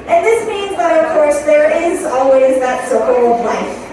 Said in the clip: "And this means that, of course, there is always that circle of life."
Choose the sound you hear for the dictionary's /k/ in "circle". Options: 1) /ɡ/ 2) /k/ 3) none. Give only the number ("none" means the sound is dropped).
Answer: 3